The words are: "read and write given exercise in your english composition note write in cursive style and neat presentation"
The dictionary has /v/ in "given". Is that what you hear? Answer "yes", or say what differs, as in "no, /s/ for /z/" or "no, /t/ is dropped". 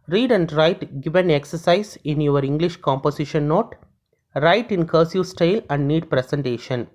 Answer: yes